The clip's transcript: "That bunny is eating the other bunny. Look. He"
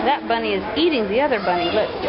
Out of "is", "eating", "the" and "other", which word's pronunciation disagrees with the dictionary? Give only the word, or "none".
none